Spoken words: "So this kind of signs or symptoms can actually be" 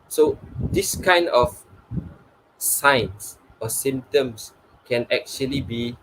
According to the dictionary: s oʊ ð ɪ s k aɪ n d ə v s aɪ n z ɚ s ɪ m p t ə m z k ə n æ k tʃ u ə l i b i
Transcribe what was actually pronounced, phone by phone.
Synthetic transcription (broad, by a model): s oʊ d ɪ s k aɪ n d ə f s aɪ n s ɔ s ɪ m t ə m s k ə n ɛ k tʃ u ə l i b i